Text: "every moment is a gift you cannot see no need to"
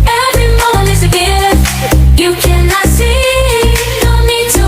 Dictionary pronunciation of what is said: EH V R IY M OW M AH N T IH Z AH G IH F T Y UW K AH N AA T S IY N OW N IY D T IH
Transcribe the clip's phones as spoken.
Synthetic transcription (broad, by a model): EH V R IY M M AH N IH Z AH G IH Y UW K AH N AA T S IY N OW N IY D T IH